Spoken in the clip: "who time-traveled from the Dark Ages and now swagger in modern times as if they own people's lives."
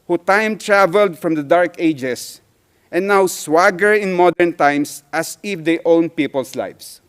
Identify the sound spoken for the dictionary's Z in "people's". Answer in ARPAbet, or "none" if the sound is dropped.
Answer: S